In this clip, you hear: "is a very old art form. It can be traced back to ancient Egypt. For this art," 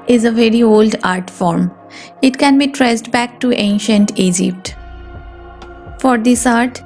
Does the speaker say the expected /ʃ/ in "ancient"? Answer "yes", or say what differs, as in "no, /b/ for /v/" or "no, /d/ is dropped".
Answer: yes